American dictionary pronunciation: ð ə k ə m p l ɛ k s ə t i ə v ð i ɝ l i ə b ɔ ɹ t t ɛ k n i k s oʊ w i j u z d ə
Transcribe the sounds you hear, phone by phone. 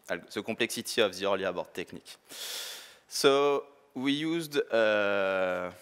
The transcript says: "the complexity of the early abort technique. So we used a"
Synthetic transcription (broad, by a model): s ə k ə p l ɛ k s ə t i ə v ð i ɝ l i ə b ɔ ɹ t t ɛ k n i k s oʊ w i j u z d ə